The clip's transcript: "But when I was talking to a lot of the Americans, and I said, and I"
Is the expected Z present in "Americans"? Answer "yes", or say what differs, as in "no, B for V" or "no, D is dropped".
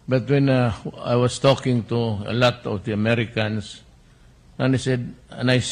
no, S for Z